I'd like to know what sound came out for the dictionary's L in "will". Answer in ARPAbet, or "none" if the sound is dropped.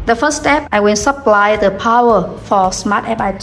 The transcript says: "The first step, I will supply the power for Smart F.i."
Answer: N